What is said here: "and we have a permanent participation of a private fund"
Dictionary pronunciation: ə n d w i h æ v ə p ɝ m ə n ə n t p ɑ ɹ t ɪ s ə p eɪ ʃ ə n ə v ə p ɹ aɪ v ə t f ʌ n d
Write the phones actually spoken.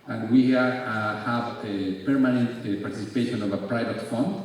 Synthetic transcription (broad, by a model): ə n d w i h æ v ə p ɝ m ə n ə n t p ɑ ɹ t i s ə p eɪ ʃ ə n ə v ə p ɹ aɪ v ə t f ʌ n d